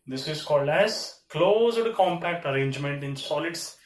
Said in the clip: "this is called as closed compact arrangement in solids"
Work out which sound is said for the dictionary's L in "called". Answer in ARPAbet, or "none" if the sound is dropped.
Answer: L